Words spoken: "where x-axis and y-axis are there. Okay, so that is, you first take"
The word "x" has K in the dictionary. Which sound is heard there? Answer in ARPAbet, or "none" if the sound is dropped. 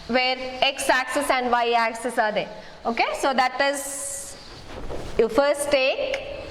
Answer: K